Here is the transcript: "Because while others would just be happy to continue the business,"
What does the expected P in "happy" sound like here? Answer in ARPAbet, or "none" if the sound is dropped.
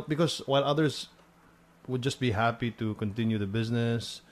P